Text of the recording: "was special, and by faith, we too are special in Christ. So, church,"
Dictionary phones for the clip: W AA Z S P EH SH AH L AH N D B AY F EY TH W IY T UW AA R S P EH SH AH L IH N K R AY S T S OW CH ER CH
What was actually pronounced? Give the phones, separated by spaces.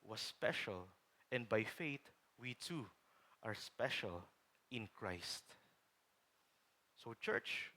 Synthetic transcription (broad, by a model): W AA S P EH SH AH L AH N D B AY F EY T W IY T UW AA R S P EH SH AH L IH N K R AY S T S OW CH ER CH